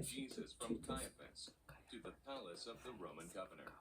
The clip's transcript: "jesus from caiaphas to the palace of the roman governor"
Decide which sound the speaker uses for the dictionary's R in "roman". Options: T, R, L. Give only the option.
R